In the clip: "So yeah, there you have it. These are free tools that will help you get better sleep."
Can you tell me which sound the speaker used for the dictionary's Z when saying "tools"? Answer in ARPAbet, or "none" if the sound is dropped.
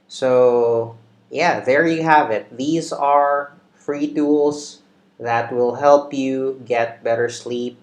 S